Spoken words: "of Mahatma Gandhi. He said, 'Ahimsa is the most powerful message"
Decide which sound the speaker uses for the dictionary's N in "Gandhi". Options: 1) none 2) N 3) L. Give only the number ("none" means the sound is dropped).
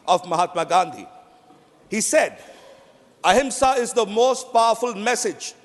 2